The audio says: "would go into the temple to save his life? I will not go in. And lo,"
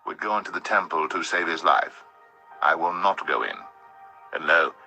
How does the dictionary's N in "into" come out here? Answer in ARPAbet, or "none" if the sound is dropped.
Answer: N